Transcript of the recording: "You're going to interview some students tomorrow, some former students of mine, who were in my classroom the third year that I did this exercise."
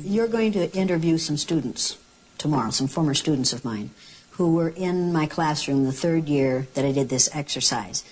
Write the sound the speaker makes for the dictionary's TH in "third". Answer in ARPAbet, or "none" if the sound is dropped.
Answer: TH